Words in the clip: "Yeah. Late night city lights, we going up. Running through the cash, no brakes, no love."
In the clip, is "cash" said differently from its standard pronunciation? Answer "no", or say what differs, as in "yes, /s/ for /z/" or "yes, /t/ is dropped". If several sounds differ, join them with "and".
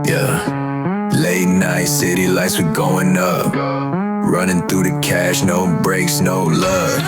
no